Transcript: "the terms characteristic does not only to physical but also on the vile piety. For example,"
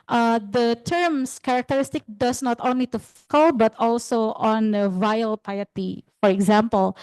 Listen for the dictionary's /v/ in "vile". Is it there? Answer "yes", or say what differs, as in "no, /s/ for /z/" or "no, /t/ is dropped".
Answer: yes